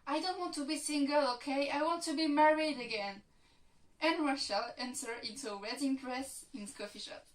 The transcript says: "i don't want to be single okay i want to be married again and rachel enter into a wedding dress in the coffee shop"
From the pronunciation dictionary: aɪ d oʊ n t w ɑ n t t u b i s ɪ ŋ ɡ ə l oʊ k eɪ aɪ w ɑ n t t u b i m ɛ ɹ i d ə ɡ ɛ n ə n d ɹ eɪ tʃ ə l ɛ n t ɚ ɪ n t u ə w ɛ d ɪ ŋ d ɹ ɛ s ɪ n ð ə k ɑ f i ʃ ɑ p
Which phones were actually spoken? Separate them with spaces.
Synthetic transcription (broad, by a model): aɪ d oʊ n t w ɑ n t t u b i s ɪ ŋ ɡ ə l oʊ k eɪ aɪ w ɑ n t t u b i m ɛ ɹ i d ə ɡ ɛ n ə n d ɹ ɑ ʃ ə l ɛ n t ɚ ɪ n t u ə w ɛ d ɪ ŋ d ɹ ɛ s ɪ n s k ɑ f i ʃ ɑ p